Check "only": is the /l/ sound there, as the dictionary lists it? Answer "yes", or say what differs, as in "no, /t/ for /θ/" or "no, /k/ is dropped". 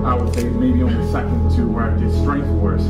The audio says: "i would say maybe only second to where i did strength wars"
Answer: no, /l/ is dropped